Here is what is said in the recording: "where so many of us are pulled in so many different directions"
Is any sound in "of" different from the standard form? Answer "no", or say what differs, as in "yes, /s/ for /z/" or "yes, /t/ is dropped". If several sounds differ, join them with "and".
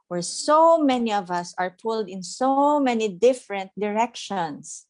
no